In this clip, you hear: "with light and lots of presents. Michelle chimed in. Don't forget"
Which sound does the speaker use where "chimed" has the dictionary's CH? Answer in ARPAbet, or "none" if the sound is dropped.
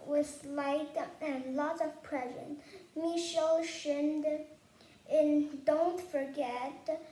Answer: SH